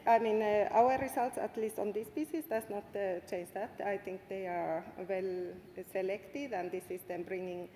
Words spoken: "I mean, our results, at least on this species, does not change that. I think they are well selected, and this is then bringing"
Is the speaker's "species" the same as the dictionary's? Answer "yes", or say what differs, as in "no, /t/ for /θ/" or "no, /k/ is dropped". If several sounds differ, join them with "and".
no, /s/ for /ʃ/ and /s/ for /z/